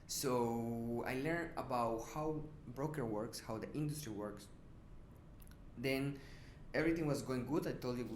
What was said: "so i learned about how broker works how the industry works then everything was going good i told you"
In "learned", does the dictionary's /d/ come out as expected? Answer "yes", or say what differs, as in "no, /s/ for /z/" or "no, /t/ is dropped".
no, /d/ is dropped